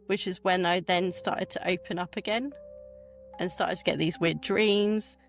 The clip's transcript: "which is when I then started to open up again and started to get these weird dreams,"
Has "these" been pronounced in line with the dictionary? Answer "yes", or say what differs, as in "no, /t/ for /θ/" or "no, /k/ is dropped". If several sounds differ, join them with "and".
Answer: yes